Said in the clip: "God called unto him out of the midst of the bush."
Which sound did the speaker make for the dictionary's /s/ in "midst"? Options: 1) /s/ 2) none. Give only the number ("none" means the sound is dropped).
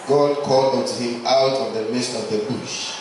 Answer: 1